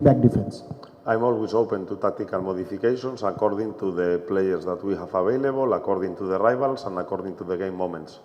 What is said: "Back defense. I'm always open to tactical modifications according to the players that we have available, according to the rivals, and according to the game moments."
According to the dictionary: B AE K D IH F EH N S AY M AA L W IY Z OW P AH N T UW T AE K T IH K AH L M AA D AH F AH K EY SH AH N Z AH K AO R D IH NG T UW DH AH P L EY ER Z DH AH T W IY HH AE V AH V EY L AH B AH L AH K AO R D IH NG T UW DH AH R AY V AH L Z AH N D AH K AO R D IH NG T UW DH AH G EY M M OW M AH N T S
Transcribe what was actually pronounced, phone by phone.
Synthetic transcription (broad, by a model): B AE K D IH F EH N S AY M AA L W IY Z OW P AH N T UW T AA K T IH K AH L M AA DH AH F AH K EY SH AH N S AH K AO R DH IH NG T UW DH AH P L EY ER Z DH AH T W IY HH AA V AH B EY L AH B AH L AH K AO R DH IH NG T UW DH AH R AY B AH L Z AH N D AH K AO R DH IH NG T UW DH AH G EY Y M OW M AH N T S